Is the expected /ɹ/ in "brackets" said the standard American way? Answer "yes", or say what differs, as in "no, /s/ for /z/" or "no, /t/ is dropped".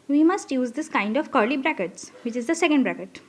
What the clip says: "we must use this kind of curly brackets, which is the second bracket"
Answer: yes